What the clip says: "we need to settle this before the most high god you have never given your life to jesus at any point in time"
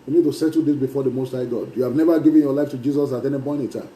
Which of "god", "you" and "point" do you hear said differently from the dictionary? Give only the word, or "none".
point